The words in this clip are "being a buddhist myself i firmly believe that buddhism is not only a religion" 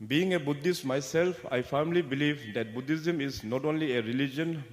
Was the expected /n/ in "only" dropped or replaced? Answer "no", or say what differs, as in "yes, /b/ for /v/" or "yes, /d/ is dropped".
no